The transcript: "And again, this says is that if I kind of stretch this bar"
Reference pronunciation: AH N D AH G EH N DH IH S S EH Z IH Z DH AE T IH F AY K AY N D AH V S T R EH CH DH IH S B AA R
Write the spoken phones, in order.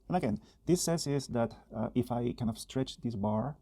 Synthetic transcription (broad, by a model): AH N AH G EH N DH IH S S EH S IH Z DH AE T IH F AY K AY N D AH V S T R EH CH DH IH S B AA R